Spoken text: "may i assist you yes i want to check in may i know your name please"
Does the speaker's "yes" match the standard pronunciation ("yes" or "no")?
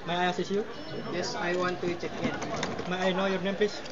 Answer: yes